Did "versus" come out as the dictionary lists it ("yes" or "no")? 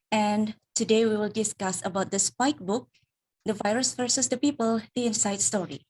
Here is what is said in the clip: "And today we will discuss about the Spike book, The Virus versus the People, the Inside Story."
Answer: no